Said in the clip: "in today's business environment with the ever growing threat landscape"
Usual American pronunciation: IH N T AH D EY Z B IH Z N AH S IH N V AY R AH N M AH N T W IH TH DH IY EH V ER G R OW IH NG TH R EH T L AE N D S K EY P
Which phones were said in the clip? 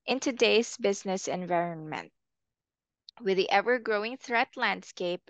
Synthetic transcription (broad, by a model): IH N T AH D EY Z B IH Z N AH S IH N V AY R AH N M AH N T W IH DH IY EH V ER G R OW IH NG TH R EH T L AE N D S K EY P